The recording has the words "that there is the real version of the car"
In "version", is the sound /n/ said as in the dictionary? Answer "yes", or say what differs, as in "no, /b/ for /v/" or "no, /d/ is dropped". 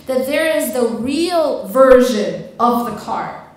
yes